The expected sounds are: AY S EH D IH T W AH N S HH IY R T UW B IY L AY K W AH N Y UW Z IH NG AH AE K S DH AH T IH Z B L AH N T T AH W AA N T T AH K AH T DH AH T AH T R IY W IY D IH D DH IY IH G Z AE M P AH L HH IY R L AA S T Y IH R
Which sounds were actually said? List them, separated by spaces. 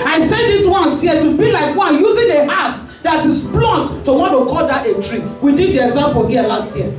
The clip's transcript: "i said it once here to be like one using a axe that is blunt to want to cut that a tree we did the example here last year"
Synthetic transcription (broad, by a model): AY S EH D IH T W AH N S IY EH T UW B IY L AY K W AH N Y UW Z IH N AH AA S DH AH T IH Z B L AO N T T AH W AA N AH K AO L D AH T AH T R IY W IY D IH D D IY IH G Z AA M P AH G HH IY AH L AA S T Y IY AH